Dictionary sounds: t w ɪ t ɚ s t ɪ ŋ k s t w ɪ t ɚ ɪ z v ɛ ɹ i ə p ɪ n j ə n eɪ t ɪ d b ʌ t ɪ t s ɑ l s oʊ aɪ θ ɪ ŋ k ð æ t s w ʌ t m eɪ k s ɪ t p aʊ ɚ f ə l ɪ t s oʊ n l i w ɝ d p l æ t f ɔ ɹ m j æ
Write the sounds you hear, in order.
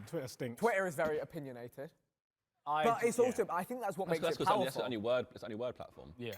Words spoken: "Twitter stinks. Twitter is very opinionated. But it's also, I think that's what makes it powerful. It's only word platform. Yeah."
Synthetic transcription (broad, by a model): t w ɪ t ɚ s t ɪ ŋ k t w ɪ t ɚ ɪ z v ɛ ɹ i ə p ɪ n j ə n eɪ t ɪ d b ʌ t ɪ t s ɑ l s oʊ aɪ θ ɪ ŋ k ð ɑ t s w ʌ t m eɪ k s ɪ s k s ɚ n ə w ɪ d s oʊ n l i w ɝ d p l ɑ t f ɔ m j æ